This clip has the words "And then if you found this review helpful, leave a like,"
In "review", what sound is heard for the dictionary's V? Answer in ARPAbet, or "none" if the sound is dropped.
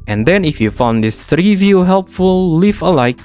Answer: V